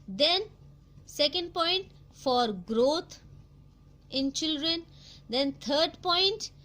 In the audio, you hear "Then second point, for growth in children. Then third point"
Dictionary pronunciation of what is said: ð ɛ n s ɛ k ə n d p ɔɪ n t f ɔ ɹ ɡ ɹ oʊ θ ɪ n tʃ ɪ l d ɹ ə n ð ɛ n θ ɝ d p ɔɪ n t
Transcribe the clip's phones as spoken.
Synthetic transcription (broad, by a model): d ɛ n s ɛ k ə n d p ɔɪ n t f ɔ ɹ ɡ ɹ oʊ t ɪ n tʃ ɪ l d ɹ ə n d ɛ n t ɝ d p ɔɪ n t